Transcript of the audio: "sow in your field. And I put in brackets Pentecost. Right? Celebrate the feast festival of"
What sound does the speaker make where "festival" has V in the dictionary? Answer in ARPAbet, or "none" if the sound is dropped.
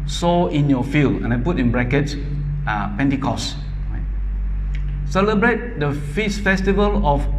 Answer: V